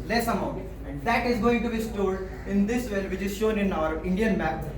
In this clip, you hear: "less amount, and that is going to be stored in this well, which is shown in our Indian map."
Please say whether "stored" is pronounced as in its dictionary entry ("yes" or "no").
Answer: no